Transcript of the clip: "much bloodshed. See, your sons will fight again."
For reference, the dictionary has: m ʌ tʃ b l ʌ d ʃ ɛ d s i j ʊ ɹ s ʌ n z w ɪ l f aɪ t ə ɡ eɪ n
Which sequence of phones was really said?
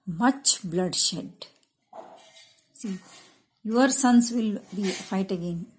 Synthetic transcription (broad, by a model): m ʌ tʃ b l ʌ d ʃ ɛ d s i j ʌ ɹ s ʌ n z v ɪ l f aɪ t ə ɡ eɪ n